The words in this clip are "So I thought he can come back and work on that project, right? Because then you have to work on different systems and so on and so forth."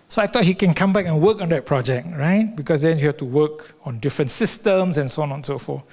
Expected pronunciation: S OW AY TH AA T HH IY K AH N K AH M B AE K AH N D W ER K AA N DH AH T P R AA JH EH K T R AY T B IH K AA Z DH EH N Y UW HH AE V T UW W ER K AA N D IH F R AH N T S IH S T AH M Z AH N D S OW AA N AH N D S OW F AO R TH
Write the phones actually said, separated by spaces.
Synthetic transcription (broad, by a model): S OW AY T AA T HH IY K AH N K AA M B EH K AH N W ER K AA N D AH T P R AA JH EH K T R AY T B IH K AA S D EH N Y UW HH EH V T UW W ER K AA N D IH F R AH N T S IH S T AH M S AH N S OW AA N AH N S OW F AO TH